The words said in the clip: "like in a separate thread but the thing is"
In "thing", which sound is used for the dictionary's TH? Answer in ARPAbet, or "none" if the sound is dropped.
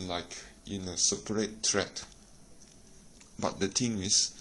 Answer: T